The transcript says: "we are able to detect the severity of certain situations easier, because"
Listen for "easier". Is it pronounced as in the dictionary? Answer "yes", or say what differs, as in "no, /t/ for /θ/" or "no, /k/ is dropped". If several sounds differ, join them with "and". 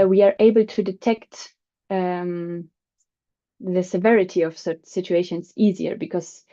yes